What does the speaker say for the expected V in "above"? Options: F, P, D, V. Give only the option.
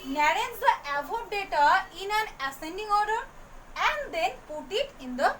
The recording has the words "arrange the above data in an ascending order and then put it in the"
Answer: P